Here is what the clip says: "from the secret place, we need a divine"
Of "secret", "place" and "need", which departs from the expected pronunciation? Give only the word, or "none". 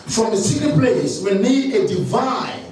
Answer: secret